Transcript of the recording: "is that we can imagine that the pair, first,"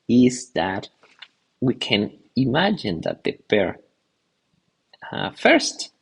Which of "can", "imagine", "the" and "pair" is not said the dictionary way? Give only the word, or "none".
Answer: pair